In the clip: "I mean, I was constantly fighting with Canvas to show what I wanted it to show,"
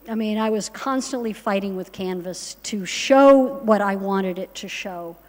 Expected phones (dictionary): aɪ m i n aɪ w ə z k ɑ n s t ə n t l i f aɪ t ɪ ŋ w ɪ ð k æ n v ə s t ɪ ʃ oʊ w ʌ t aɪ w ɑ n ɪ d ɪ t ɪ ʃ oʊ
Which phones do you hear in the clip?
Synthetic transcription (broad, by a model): aɪ m i n aɪ w ə z k ɑ n s t ə n t l i f aɪ t ɪ ŋ w ɪ ð k æ n v ə s t ɪ ʃ oʊ w ʌ t aɪ w ɑ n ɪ d ɪ t ɪ ʃ oʊ